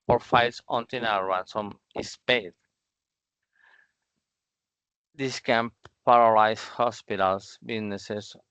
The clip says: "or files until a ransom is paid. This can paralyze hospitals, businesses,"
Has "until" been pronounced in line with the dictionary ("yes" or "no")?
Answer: no